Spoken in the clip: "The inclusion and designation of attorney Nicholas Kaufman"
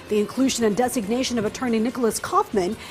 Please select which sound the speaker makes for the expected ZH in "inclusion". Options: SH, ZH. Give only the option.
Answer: ZH